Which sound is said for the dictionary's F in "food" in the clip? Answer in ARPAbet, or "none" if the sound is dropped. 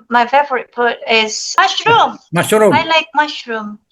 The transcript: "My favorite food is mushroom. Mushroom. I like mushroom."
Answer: P